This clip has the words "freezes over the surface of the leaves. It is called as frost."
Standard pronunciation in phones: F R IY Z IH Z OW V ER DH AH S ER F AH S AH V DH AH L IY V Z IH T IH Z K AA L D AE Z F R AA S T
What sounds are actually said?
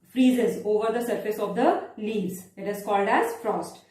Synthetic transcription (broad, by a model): F R IY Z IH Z OW V ER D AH S ER F AH S AH V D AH L IY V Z IH T IH Z K AA L D AE Z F R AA S T